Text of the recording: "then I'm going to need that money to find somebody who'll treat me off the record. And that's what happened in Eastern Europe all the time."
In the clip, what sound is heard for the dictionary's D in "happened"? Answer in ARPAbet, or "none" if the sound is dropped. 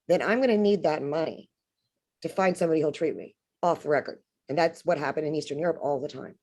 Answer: D